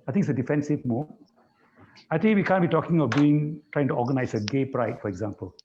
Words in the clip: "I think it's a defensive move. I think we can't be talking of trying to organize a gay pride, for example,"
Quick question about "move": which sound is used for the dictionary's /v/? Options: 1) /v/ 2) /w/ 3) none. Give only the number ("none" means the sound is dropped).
3